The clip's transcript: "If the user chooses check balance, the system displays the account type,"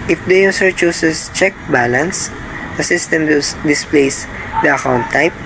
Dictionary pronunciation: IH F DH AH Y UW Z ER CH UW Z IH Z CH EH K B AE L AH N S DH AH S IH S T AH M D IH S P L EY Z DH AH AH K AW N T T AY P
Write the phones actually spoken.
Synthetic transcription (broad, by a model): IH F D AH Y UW S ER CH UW S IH S CH EH K B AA L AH N S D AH S IH S T AH M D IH S P L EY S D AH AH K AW N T T AY P